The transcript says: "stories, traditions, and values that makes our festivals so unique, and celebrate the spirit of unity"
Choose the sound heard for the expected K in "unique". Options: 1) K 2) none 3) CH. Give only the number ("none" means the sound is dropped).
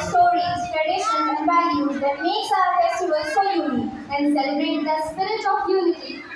2